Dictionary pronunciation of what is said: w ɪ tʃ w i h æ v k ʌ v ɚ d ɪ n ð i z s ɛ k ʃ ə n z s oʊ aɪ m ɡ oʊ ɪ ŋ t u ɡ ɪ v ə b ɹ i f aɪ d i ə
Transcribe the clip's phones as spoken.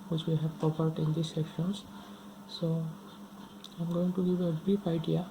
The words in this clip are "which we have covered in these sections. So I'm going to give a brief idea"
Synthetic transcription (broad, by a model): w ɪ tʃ w i h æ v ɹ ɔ p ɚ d ɪ n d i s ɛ k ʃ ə n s s oʊ aɪ m ɡ oʊ ɪ ŋ t u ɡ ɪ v ə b ɹ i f aɪ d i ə